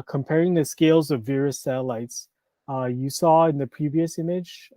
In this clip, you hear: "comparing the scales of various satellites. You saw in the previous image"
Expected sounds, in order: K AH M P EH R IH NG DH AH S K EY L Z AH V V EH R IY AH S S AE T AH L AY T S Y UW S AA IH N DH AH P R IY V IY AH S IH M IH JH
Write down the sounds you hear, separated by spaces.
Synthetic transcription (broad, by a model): K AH M P EH R IH NG DH AH S K EY L Z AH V V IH R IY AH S S AE T AH L AY T S Y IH S AA IH N DH AH P R IY V IY AH S IH M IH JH